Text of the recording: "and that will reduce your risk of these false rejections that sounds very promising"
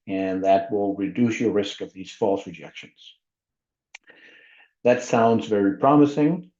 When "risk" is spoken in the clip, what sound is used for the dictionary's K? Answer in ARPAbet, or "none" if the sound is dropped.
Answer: K